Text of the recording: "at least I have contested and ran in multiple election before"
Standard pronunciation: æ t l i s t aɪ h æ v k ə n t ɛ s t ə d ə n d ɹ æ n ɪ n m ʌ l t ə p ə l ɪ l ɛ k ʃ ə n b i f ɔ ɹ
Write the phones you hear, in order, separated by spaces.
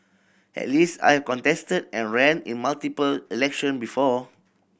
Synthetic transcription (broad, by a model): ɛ t l i s t aɪ h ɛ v k ə n t ɛ s t ə d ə n ɹ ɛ n ɪ n m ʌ l t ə p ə l ɪ l ɛ k ʃ ə n b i f ɔ